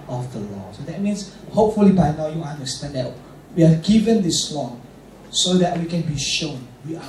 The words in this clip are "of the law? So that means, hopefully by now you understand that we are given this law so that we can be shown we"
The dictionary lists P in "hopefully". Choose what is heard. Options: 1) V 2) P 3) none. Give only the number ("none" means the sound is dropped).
2